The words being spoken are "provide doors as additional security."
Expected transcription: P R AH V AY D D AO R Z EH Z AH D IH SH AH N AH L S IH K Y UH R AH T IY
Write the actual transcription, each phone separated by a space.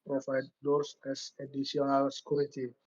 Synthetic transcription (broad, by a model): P R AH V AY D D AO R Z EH S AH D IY S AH N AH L S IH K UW R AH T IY